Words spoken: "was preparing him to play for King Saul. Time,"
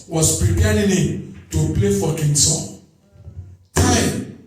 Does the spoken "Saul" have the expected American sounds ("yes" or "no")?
no